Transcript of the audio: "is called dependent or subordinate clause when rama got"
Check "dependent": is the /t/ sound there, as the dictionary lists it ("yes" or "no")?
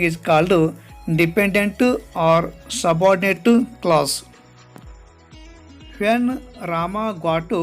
yes